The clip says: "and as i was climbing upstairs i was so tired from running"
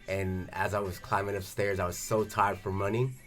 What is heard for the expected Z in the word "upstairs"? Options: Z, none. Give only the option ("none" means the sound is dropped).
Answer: Z